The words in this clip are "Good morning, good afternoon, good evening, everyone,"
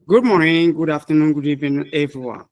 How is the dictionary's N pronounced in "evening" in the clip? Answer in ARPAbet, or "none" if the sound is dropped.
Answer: none